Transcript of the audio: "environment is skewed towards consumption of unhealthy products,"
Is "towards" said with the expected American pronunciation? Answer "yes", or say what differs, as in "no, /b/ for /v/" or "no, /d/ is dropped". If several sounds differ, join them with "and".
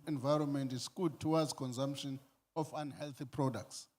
no, /w/ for /ɹ/